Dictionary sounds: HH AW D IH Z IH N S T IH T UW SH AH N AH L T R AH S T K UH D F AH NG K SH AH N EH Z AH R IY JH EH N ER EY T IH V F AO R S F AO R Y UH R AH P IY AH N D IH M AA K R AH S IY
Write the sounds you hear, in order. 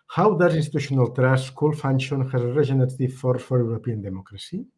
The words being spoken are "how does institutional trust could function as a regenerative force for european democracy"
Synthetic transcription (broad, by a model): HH AW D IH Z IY N S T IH T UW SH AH N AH L T R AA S K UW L F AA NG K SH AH N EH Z AH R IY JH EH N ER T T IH F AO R F AO R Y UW R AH P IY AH N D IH M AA K R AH S IY